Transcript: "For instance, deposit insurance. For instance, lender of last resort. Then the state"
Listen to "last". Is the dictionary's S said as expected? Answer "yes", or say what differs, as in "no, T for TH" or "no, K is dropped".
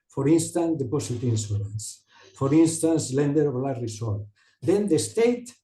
no, S is dropped